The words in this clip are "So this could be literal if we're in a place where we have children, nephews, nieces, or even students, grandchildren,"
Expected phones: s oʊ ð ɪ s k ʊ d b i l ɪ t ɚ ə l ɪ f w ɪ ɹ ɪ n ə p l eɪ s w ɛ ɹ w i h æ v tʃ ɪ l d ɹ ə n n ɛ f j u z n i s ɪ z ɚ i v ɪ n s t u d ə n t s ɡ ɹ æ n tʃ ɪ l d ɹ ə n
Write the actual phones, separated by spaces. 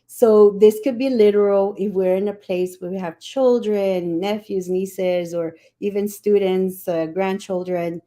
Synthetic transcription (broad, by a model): s oʊ ð ɪ s k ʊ d b i l ɪ t ɚ l ɪ f w ɪ ɹ ɪ n ə p l eɪ s w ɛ ɹ w i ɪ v tʃ ɪ l d ɹ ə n n ɛ f j u z n i s ɪ z ɚ i v ɪ n s t u d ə n t s ɡ ɹ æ n tʃ ɪ l d ɹ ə n